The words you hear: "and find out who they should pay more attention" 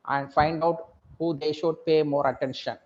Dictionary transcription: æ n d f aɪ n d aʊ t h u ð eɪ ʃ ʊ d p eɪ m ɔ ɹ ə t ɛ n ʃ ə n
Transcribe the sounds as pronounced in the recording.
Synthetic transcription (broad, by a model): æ n d f aɪ n d aʊ t h u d eɪ ʃ ʊ d p eɪ m ɔ ɹ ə t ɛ n ʃ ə n